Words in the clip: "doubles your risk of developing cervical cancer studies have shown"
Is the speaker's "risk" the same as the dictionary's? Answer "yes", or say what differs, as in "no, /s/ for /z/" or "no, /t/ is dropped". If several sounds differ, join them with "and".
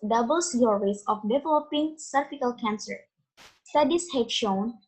no, /k/ is dropped